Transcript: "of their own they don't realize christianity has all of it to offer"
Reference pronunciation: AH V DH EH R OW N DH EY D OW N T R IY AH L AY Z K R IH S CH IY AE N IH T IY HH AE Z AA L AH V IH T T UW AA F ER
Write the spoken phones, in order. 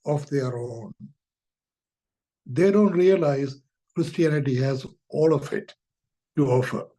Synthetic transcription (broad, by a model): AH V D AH R OW N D EY D OW N T R IY AH L AY Z K R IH S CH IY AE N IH T IY HH AE Z AA L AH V IH T T UW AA F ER